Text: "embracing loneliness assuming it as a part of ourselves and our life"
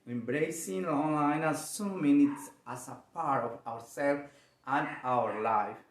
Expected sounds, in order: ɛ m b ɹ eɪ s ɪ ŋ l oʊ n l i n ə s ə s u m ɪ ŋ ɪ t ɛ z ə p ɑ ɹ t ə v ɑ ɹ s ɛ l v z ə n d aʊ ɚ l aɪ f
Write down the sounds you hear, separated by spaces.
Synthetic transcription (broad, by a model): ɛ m b ɹ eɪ s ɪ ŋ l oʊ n l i n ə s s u m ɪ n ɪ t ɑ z ə p ɑ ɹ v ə w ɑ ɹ s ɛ l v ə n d aʊ ɚ l aɪ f